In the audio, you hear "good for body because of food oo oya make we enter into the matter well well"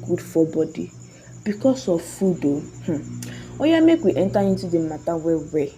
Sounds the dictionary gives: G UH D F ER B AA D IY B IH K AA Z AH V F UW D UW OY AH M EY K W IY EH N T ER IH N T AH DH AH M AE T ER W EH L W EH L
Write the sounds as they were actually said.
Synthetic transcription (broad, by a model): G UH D F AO B AA D IY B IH K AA S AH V F UW D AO OY AH M EY K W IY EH N T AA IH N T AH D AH M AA T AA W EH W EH